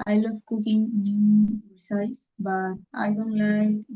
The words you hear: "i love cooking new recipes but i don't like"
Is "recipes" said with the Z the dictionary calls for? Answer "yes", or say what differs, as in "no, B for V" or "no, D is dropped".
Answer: no, Z is dropped